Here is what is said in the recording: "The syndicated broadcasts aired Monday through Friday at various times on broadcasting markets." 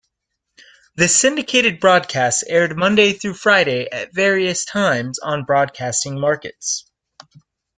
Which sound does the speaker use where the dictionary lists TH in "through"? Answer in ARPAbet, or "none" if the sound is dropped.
TH